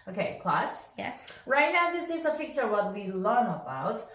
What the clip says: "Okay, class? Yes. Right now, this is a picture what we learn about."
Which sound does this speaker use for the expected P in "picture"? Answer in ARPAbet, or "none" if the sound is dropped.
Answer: F